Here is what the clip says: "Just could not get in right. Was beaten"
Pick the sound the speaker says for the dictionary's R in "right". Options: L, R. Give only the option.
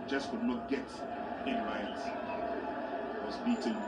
L